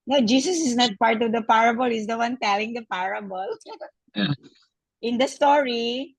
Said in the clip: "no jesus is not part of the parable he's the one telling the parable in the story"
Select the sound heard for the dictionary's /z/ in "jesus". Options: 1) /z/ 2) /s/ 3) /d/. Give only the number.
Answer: 2